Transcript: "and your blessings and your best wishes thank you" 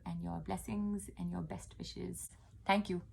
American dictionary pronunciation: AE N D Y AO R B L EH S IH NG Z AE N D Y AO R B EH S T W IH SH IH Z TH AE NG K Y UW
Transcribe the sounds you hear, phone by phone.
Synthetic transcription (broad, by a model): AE N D Y AO R B L EH S IH NG Z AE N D Y AO R B EH S T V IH SH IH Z T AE NG K Y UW